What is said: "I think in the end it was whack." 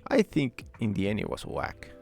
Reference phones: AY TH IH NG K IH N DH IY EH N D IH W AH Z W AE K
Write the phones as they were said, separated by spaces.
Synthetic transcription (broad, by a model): AY TH IH NG K IH N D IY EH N IH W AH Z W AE K